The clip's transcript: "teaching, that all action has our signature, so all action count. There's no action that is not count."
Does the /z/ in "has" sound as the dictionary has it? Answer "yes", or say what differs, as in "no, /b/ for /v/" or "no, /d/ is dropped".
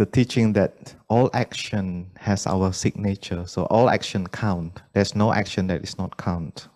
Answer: no, /s/ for /z/